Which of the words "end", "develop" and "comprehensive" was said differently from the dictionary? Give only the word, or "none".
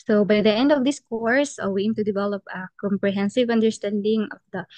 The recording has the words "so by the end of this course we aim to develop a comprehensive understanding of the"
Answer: none